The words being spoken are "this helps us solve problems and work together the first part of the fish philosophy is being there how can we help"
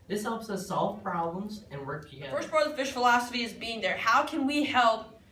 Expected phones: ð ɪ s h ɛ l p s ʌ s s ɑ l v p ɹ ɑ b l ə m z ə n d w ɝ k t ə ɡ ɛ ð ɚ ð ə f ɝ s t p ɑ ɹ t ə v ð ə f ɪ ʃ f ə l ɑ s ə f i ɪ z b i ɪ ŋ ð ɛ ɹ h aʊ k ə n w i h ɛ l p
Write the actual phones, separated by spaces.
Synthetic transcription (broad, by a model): ð ɪ s h ɛ l p s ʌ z s ɑ l v p ɹ ɑ b l ə m z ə n w ɝ k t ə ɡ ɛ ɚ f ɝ s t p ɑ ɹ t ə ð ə f ɪ ʃ f ə l ɑ s ə f i ɪ z b i ɪ ŋ ð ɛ ɹ h aʊ k ə n w i h ɛ l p